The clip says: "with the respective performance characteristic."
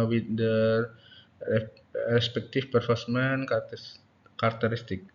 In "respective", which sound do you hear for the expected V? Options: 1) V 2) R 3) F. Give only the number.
3